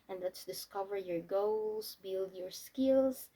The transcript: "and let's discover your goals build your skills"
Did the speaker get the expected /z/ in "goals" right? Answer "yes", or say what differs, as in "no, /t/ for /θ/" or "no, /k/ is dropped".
no, /s/ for /z/